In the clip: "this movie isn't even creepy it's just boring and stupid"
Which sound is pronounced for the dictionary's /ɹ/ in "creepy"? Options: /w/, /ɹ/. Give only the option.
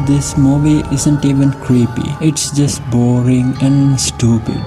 /ɹ/